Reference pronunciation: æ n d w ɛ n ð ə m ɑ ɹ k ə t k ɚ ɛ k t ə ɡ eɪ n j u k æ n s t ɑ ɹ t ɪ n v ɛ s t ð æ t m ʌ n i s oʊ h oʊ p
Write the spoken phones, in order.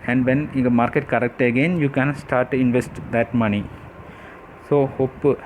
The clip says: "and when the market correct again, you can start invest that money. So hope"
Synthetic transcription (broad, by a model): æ n d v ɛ n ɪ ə m ɑ ɹ k ə t k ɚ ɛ k t ə ɡ eɪ n j u k æ n s t ɑ ɹ t ɪ n v ɛ s t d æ t m ʌ n i s oʊ h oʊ p